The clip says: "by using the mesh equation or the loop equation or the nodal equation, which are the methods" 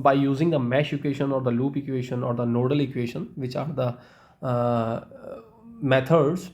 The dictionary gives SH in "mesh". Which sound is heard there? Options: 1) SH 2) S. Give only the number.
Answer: 1